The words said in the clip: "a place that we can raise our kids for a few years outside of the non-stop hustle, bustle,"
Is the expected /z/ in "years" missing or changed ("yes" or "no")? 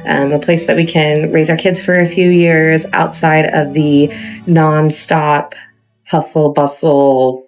no